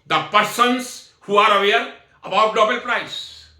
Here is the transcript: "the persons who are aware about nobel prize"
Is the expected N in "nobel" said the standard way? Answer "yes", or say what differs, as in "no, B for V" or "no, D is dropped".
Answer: no, L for N